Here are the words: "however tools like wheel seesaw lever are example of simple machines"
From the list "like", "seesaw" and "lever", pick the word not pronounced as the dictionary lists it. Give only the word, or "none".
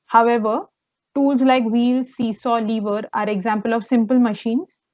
none